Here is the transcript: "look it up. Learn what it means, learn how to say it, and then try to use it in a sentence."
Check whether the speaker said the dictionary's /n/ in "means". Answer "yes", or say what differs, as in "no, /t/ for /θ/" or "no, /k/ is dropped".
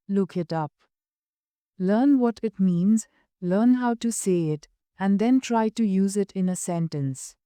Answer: yes